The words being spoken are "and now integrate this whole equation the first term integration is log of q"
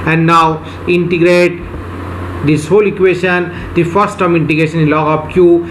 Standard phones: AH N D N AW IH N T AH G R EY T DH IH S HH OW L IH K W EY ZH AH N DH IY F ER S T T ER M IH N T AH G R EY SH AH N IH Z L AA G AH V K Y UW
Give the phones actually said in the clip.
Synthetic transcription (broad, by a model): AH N D N AW IH N T AH G R EY T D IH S HH OW L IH K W EY SH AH N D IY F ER S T T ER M IH N T AH G R EY SH AH N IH L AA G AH P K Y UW